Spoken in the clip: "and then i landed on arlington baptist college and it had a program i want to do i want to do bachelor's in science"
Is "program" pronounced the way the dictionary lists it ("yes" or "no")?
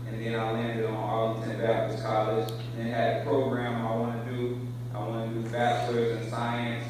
yes